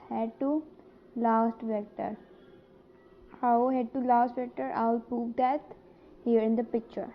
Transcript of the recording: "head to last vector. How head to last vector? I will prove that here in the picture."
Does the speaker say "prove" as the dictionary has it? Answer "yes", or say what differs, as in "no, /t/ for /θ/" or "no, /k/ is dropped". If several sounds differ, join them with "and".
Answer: no, /ɹ/ is dropped